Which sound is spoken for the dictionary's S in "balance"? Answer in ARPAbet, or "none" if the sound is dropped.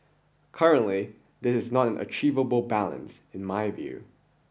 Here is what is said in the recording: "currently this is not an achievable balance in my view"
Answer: S